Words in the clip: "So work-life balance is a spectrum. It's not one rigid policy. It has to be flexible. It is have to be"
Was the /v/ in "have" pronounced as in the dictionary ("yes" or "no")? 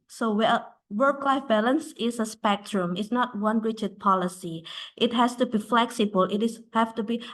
no